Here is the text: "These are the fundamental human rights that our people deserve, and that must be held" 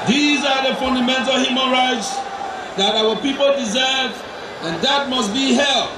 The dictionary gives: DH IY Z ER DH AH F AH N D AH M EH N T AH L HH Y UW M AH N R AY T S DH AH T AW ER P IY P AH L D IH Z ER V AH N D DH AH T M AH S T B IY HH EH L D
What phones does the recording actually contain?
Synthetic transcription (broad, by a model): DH IY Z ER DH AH F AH N D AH M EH N T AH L HH Y UW M AH N R AY T S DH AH T AW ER P IY P AH L D IH Z ER V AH N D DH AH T M AH S T B IY HH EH L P